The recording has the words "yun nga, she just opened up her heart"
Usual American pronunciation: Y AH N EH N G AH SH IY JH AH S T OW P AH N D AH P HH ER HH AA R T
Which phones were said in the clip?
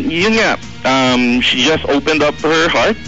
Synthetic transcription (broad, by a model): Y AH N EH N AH SH IY JH AH S T OW P AH N D AH P HH ER HH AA R T